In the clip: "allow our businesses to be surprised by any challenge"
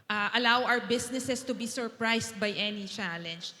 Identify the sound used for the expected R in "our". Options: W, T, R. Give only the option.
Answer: W